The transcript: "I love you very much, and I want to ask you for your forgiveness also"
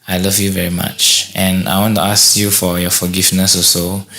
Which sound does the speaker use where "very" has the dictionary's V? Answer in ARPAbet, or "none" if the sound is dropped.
V